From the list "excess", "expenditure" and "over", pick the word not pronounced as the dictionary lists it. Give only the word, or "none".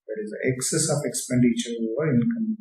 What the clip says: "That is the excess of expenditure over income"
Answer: over